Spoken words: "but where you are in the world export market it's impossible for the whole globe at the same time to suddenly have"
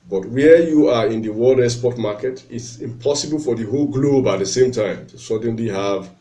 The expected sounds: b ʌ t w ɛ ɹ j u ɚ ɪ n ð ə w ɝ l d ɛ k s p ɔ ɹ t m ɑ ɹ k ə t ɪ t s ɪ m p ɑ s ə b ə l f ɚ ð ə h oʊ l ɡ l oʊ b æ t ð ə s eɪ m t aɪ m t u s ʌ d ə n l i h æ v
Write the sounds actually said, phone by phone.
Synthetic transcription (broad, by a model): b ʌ t w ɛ j u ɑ ɪ n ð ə w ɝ l d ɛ s p ɔ t m ɑ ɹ k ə t ɪ t s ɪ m p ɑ s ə b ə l f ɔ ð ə h oʊ l ɡ l oʊ b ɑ t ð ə s eɪ m t aɪ m t u s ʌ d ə n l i h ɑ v